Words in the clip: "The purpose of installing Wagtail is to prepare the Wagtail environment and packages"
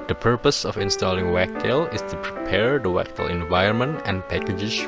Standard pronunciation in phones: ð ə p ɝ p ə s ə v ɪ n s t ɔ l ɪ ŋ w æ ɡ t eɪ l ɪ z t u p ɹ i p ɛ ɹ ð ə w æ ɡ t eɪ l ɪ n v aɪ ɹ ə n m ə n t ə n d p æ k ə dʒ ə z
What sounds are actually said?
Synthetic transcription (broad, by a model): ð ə p ɝ p ə s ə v ɪ n s t ɔ l ɪ ŋ w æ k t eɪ l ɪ s t u p ɹ i p ɛ ɹ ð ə w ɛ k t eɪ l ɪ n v aɪ ə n m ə n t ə n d p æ k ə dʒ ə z